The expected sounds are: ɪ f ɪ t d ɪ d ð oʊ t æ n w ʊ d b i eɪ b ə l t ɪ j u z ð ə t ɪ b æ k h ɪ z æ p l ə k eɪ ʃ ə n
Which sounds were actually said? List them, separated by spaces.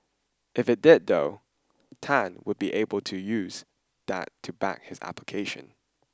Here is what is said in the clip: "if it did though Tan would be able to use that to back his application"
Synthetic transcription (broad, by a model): ɪ f ɪ t d ɪ d ð oʊ t æ n w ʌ d b i eɪ b ə l t ɪ j u z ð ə t ɪ b æ k h ɪ z æ p l ə k eɪ ʃ ə n